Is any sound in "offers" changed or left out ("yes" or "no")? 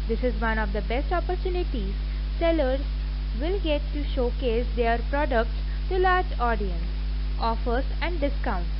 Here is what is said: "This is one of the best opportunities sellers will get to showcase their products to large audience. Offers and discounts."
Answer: yes